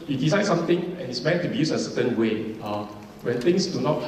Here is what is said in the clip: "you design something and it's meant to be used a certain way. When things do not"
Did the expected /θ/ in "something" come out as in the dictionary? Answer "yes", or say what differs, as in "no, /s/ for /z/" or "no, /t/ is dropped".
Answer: no, /t/ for /θ/